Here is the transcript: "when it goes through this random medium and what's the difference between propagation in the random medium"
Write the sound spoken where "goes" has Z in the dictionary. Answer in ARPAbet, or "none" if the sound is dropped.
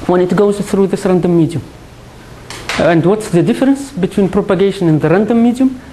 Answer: Z